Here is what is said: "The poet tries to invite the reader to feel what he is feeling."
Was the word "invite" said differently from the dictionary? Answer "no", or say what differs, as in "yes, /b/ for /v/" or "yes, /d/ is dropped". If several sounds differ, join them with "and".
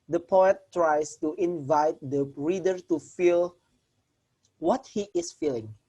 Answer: no